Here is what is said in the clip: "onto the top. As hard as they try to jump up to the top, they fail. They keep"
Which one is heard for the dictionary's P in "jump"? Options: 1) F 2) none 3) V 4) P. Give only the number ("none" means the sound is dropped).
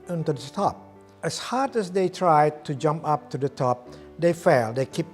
4